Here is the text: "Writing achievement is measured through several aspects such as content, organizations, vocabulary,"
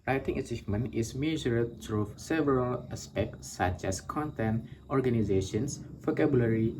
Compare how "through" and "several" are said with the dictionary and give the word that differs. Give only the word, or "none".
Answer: through